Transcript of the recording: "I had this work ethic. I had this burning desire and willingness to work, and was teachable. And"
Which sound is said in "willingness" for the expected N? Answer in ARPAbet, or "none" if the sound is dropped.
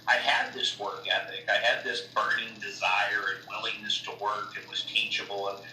N